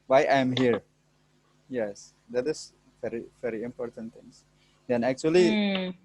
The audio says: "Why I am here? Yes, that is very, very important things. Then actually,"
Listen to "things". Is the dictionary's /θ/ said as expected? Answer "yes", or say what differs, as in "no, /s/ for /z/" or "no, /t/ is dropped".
no, /t/ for /θ/